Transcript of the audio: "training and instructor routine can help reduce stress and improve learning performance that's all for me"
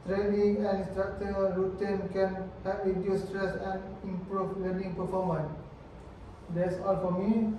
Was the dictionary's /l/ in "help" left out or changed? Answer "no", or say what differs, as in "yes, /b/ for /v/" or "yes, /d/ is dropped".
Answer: yes, /l/ is dropped